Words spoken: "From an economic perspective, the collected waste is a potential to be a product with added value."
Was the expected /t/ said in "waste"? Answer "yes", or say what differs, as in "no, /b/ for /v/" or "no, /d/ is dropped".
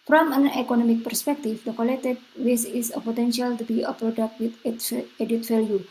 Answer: no, /t/ is dropped